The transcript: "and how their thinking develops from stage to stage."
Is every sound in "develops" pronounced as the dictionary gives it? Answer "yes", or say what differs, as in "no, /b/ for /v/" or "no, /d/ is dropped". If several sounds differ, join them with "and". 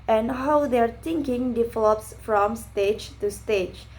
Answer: yes